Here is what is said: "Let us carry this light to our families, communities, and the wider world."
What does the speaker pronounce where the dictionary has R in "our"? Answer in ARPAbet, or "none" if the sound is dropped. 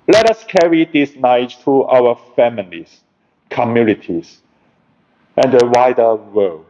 W